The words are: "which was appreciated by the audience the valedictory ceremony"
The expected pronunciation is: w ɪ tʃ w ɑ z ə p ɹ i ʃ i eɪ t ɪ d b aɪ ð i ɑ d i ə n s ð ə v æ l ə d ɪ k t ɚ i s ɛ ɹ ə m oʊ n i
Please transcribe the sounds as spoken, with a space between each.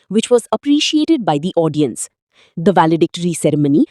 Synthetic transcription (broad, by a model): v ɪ tʃ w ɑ z ə p ɹ i ʃ i eɪ t ɪ d b aɪ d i ɑ d i ə n s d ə v æ l ə d ɪ k t ɚ i s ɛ ɹ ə m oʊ n i